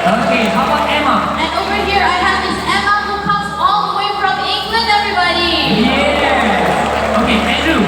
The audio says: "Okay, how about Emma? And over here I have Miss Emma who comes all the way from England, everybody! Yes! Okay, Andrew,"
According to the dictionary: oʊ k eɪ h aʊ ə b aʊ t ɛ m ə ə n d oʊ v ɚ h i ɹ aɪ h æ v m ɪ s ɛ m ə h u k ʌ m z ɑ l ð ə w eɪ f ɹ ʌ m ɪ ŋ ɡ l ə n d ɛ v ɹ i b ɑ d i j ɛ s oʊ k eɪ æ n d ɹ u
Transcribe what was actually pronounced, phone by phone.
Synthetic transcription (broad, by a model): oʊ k eɪ h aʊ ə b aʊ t ɛ m ə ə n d oʊ v ɚ h i ɹ aɪ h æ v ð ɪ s ɛ m ə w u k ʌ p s ɑ l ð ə w eɪ f ɹ ʌ m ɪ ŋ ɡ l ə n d ɛ v ɹ i b ɑ d i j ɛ oʊ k eɪ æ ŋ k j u